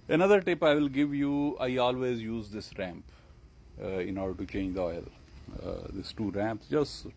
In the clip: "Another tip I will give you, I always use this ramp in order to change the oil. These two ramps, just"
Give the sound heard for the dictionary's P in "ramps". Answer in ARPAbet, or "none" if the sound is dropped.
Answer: P